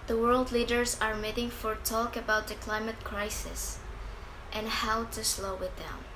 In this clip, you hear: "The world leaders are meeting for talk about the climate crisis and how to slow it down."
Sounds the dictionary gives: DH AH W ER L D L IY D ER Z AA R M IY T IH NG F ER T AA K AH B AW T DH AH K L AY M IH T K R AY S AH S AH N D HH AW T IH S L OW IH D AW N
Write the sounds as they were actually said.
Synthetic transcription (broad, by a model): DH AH W ER L D L IY D ER Z AA R M IY T IH NG F ER T AA K AH B AW T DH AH K L AY M IH T K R AY S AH S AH N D HH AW T IH S L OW IH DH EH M